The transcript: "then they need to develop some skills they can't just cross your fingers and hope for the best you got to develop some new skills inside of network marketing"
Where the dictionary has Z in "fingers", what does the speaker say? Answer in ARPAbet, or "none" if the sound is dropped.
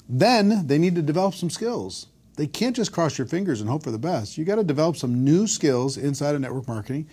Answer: Z